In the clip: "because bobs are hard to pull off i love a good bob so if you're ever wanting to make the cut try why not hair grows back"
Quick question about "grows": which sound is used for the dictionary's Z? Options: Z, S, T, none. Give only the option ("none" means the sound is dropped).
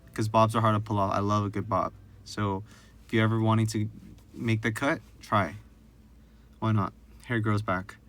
Z